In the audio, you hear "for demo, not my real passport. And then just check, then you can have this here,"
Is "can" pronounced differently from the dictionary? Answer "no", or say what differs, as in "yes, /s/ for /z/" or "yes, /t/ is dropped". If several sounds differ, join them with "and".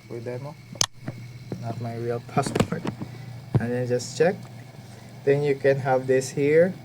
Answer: no